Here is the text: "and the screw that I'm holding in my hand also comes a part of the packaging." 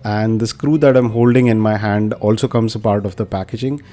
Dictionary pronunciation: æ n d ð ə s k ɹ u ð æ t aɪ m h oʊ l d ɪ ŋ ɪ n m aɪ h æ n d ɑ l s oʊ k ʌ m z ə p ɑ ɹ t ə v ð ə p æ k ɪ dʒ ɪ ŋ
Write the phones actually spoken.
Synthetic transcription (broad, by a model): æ n d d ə s k ɹ u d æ t aɪ m h oʊ l d ɪ ŋ ɪ n m aɪ h æ n d ɑ l s oʊ k ʌ m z ə p ɑ ɹ t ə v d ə p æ k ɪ dʒ ɪ ŋ